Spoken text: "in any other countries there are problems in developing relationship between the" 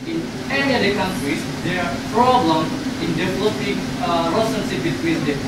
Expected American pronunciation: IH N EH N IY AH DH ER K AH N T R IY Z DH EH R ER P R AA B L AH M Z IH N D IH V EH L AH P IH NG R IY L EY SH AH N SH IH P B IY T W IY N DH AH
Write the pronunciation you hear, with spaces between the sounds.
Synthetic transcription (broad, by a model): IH N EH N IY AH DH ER K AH N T R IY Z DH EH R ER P R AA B L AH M IH N D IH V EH L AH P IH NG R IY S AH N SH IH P B IY T W IY N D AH